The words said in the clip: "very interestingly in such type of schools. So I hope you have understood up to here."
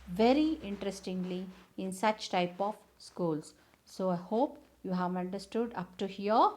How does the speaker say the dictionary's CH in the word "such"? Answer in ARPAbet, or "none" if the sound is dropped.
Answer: CH